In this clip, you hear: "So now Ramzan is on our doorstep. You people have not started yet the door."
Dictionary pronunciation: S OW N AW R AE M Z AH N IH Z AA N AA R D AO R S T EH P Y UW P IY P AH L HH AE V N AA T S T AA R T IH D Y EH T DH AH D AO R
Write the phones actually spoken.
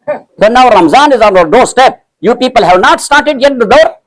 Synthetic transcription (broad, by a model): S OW N AW R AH M Z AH N IH Z AA N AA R D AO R S T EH P Y UW P IY P AH L HH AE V N AA T S T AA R T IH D Y EH T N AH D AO R